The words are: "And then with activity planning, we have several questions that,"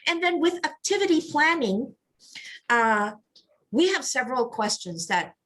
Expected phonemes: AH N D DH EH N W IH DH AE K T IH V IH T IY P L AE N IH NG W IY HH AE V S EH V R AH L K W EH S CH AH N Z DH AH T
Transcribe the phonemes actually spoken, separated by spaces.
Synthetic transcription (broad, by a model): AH N DH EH N W IH DH AE K T IH V IH T IY P L AE N IH NG W IY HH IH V S EH V R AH L K W EH S CH AH N Z DH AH T